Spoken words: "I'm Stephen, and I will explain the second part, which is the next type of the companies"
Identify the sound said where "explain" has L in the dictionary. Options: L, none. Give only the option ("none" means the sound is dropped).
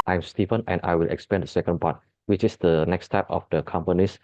none